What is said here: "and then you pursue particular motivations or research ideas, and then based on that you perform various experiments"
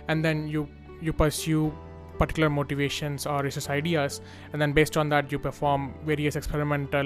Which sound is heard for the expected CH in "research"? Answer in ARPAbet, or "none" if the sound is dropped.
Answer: S